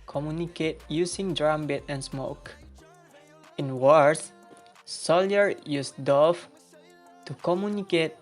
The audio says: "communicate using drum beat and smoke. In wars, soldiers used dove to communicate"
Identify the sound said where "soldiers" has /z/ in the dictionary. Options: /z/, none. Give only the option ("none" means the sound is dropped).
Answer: none